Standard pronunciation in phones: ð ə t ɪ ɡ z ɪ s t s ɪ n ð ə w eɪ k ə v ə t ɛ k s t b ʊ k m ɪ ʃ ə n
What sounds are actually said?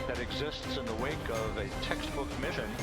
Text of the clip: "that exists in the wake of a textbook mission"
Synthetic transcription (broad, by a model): ð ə t ɪ ɡ z ɪ s t s ɪ n ð ə w eɪ k ə v ə t ɛ k s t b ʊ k m ɪ ʃ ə n